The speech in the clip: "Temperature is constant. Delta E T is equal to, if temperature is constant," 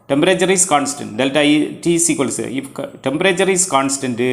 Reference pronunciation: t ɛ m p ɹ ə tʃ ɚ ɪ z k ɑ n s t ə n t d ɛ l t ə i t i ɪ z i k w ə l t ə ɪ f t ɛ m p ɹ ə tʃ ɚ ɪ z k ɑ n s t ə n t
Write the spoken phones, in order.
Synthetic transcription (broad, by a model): t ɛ m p ɹ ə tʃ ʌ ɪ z k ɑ n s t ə n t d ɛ l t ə i t i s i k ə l s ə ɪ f t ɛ m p ɹ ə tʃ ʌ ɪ s k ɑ n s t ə n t